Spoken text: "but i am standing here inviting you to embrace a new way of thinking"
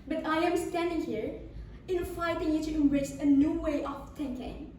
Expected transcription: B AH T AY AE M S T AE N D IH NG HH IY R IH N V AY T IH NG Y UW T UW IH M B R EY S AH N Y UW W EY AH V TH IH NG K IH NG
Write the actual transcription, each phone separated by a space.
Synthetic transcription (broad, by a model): B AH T AY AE M S T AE N D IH NG HH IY R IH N F AY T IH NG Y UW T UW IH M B R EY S AH N Y UW W EY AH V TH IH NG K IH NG